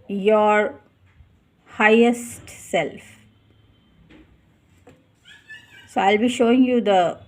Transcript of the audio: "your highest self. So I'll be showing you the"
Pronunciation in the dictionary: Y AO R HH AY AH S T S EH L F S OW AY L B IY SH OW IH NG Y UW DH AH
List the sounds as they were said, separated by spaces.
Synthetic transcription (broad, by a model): Y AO R HH AY AH S T S EH L F S OW AY L B IY SH OW IH NG Y UW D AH